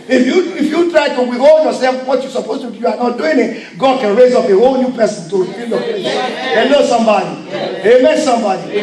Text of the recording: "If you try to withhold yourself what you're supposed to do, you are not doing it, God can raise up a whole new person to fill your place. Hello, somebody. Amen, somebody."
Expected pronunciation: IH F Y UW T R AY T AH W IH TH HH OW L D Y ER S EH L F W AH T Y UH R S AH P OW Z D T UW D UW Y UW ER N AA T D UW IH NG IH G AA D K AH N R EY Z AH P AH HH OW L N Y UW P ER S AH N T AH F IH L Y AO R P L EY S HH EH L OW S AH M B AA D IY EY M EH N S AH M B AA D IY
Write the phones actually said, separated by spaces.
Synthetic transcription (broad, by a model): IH F Y UW T R AY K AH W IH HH OW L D Y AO S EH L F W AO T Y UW S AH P OW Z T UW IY Y UW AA N AA T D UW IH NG IH G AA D K AH N R EY Z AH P AH HH OW L N Y UW P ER S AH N T AH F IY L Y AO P EY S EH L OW S AH M B AA D IY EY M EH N S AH M B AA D IY